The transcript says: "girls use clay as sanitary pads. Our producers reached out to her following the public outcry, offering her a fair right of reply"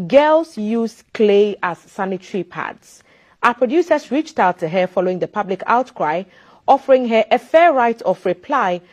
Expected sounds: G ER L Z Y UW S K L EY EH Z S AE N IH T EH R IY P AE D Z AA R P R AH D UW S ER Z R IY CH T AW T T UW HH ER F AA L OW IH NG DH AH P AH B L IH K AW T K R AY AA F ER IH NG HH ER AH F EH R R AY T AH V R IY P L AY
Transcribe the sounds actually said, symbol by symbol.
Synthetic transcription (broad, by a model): G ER L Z Y UW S K L EY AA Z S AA N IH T R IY P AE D S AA P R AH D UW S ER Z R IY CH T AW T T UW HH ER F AA L OW IH NG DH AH P AH B L IH K AW T K R AY AA F ER IH NG HH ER AH F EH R R AY T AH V R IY P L AY